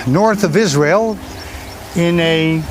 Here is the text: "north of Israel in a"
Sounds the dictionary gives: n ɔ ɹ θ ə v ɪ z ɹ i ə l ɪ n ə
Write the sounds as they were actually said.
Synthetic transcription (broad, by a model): n ɔ ɹ θ ə v ɪ z ɹ i ə l ɪ n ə